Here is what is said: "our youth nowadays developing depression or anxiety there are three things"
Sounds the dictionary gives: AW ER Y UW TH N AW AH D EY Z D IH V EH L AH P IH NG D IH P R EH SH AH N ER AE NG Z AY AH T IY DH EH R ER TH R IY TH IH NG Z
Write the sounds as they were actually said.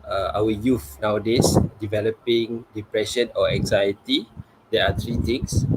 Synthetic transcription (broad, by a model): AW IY Y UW F N AW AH D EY S D IH V EH L AH P IH NG D IH P R EH SH AH N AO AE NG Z AY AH T IY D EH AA T R IY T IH NG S